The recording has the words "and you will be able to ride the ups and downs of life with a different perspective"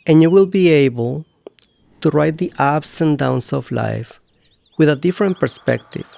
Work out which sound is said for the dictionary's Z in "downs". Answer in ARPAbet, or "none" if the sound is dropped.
S